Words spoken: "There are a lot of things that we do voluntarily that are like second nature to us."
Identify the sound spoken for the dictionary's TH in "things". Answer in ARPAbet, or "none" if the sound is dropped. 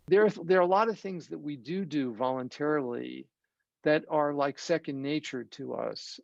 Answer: TH